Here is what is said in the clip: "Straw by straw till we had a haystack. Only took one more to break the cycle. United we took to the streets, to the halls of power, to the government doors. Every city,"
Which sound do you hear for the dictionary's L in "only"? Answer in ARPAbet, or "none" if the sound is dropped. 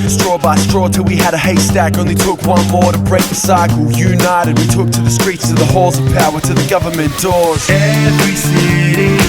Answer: none